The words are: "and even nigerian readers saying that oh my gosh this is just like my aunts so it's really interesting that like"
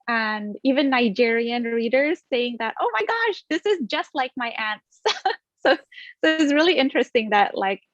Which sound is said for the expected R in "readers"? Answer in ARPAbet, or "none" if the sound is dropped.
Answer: R